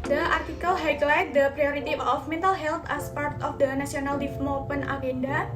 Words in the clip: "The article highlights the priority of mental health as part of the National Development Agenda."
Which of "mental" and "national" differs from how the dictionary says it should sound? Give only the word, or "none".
national